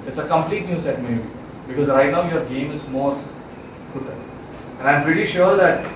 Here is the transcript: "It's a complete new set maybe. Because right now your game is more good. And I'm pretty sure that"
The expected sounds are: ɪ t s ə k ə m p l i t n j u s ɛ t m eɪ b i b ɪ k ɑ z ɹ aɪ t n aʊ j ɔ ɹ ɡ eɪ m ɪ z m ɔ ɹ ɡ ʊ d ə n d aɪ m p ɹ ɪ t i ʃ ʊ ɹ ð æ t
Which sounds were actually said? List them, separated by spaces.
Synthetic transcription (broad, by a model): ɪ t s ə k ə m p l i t n j u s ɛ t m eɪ i b ɪ k ɑ z ɹ aɪ t n aʊ j ɔ ɹ ɡ eɪ m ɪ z m ɔ ɹ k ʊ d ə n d aɪ m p ɹ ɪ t i ʃ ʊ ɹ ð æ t